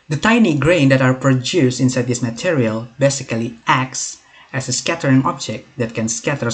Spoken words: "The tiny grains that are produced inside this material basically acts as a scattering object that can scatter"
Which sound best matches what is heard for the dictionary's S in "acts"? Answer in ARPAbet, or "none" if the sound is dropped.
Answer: S